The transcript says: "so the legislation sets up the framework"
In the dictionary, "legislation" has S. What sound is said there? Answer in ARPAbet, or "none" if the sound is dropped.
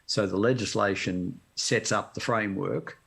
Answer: S